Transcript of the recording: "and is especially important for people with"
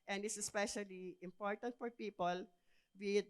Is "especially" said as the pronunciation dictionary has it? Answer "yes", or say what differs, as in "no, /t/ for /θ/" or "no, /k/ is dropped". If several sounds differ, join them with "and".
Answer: yes